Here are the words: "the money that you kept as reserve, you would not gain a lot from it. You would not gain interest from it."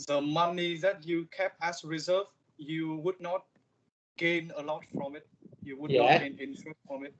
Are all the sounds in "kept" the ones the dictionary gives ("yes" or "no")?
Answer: no